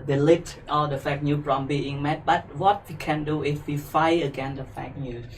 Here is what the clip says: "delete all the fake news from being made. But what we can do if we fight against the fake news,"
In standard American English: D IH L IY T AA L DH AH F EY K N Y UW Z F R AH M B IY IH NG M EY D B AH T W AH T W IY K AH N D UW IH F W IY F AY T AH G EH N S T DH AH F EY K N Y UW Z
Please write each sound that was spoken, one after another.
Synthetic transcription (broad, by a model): D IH L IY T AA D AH F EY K N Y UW F R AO M B IY IH NG M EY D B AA T W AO T W IY K AH N D UW IH F W IY F AY AH G EH N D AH F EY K N Y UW